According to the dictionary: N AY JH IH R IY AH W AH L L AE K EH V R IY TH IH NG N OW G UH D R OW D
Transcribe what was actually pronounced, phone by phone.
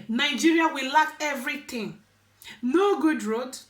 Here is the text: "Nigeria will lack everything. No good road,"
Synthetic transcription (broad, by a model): N AY JH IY R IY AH W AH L L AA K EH V R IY T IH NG N OW G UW D R OW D